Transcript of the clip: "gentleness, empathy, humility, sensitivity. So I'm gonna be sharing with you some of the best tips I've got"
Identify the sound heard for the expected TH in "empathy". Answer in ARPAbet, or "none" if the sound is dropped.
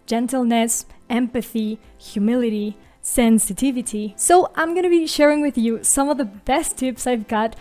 TH